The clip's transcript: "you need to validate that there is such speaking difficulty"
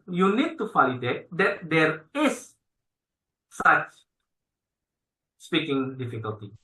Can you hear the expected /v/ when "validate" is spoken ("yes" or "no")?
no